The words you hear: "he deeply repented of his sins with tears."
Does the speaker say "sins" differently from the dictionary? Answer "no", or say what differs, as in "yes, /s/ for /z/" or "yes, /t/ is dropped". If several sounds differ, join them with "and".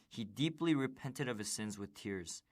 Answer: no